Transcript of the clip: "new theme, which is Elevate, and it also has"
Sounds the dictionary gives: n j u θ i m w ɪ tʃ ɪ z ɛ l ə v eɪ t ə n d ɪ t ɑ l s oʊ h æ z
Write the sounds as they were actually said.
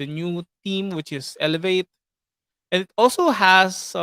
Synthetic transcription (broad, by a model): n j u t i m w ɪ tʃ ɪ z ɛ l ə v eɪ t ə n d ɪ t ɑ l s oʊ h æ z